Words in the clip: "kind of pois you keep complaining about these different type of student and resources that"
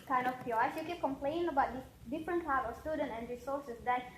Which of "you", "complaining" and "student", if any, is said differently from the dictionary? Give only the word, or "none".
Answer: complaining